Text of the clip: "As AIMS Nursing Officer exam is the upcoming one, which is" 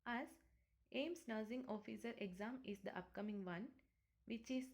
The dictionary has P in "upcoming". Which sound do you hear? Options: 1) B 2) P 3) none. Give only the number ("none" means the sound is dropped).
2